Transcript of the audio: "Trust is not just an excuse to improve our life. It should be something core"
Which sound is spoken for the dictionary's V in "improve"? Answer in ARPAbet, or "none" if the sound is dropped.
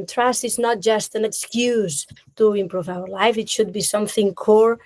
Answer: V